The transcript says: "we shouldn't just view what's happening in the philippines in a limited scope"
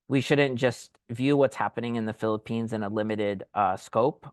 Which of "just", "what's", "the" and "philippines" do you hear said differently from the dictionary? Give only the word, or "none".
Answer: none